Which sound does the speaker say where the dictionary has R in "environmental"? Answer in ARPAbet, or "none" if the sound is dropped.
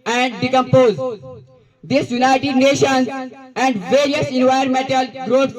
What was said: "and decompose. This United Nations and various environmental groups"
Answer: none